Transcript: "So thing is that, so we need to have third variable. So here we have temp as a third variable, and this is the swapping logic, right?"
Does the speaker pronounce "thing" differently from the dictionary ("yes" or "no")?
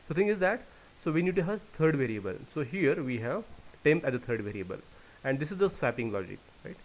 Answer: yes